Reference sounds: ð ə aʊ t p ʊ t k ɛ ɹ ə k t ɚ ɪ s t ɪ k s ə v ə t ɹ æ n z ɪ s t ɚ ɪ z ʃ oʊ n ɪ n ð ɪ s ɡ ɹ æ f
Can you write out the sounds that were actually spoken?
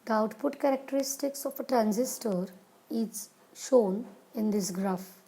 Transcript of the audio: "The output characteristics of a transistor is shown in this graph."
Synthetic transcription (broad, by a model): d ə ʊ t p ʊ t k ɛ ɹ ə k t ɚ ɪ s t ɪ k s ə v ə t ɹ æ n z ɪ s t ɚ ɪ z ʃ oʊ n ɪ n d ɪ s ɡ ɹ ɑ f